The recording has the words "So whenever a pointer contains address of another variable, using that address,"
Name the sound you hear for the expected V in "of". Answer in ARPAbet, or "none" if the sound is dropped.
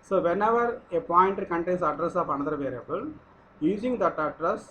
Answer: P